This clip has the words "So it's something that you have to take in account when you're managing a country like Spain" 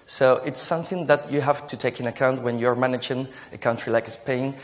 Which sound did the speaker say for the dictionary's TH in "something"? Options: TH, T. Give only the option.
TH